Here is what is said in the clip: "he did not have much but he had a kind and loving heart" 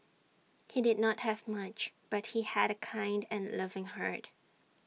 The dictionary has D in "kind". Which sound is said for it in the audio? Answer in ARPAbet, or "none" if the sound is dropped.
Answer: D